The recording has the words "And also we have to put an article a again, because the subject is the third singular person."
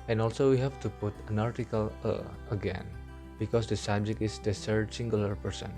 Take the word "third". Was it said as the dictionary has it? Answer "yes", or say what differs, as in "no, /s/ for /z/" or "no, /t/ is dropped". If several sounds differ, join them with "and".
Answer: no, /s/ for /θ/